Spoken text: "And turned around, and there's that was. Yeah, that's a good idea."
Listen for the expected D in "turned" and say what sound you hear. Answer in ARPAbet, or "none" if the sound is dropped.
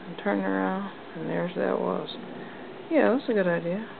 none